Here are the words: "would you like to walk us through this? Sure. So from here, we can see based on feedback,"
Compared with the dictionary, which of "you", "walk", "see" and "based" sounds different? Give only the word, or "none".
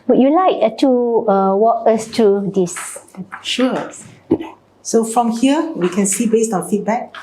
none